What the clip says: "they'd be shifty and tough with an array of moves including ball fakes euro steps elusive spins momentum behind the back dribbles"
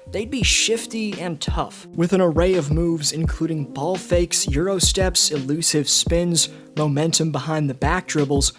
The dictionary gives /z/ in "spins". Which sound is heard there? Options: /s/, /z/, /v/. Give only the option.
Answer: /z/